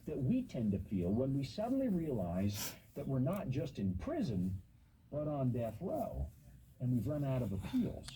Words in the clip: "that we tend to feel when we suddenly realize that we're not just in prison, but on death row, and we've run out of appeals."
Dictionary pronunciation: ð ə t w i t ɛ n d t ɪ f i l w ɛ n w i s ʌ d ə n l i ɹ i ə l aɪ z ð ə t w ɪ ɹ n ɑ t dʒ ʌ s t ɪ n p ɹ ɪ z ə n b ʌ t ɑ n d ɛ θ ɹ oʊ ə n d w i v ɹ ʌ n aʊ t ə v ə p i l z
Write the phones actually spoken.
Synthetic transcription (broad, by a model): ð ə t w i t ɛ n t ɪ f i l w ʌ n w i s ʌ d n l i ɹ i ə l aɪ z ð ə t w ɪ ɹ n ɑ t dʒ ʌ s t ɪ n p ɹ ɪ z ə n b ʌ t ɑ n d ɛ θ l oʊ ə n w i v ɹ ʌ n aʊ t ə v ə p i l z